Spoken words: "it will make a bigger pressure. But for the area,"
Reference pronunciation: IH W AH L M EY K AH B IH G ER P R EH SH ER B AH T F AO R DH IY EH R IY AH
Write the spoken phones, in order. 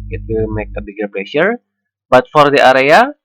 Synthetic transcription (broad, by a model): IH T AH M EY K AH B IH G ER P L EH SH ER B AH T F AO R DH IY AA R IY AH